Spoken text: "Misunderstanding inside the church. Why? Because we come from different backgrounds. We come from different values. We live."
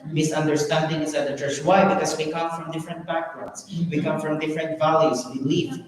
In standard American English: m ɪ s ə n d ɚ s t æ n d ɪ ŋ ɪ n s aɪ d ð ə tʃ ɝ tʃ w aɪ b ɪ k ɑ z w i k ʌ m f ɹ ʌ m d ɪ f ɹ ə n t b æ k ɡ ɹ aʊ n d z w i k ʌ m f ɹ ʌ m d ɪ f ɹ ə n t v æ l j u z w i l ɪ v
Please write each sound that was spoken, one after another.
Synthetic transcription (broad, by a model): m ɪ s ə n d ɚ s t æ n d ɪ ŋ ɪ s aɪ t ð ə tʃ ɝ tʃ w aɪ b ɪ k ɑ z w i k ʌ m f ɹ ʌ m d ɪ f ɹ ə n t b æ k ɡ ɹ aʊ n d s w i k ʌ m f ɹ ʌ m d ɪ f ɹ ə n t v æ l j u s w i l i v